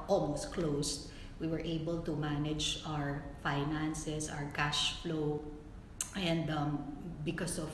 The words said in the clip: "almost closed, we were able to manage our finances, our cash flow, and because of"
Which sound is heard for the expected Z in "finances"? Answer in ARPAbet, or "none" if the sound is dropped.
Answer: S